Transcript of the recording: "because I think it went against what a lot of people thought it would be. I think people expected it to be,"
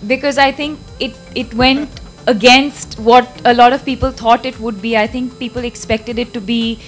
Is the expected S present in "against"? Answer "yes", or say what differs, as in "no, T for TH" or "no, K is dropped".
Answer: yes